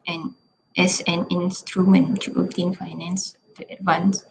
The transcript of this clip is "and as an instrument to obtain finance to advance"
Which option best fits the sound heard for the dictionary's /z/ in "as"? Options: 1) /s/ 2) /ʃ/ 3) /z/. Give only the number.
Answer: 1